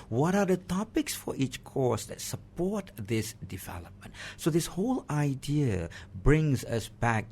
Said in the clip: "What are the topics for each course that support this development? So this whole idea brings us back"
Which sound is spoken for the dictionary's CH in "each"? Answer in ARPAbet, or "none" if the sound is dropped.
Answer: CH